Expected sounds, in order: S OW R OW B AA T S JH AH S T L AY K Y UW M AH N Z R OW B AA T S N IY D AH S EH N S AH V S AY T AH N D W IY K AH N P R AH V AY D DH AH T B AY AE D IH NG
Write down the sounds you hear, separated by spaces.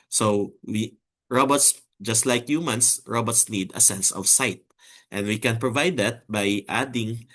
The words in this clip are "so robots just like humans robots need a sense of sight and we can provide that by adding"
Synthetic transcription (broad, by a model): S OW R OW B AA T S JH AH S T L AY K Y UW M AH N S R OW B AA T S N IY D AH S EH N S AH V S AY T AH N D W IY K AH N P R AH V AY D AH T B AY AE D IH NG